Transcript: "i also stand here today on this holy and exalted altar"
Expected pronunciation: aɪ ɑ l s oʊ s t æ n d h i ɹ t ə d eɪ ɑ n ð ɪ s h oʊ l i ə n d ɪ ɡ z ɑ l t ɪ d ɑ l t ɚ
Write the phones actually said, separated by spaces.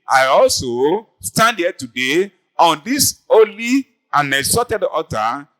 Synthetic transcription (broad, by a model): aɪ ɑ l s oʊ s t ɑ n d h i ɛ t ə d eɪ ɑ n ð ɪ s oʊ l i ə n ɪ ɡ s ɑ t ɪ d ɑ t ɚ